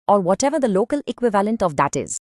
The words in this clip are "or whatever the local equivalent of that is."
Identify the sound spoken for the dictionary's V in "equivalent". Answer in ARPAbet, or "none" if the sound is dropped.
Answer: V